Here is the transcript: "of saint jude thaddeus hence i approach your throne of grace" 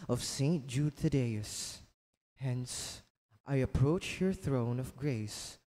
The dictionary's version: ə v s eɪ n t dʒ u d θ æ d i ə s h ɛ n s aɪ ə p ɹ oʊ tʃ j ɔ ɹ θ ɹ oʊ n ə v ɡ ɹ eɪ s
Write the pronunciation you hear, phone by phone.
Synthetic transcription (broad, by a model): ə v s eɪ n t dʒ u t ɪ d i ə s h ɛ n s aɪ ə p ɹ oʊ tʃ j ɔ ɹ θ ɹ oʊ n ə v ɡ ɹ eɪ s